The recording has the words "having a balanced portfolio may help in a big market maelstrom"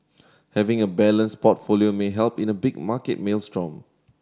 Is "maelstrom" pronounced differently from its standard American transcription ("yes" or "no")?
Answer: no